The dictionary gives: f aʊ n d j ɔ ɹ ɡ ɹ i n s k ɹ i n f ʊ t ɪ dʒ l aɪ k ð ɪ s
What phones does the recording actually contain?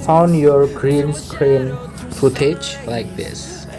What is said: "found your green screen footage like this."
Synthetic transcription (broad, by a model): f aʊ n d j ɔ ɹ ɡ ɹ i n s k ɹ i n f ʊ t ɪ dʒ l aɪ k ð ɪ s